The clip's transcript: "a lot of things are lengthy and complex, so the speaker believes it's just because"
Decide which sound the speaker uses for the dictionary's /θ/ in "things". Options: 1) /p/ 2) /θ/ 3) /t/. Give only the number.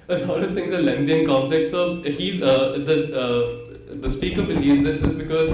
3